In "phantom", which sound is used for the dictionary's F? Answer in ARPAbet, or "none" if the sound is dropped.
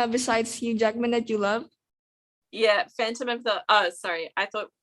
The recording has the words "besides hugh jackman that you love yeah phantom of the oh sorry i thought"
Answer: F